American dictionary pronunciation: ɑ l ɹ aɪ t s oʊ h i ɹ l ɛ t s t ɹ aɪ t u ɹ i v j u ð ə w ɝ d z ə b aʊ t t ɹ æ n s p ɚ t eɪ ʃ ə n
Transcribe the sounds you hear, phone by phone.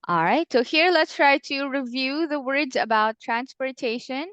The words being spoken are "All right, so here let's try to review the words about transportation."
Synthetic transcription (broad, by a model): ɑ l ɹ aɪ t s oʊ h i ɹ l ɛ t s t ɹ aɪ t u ɹ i v j u ð ə w ɝ d z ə b aʊ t t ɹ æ n s p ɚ t eɪ ʃ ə n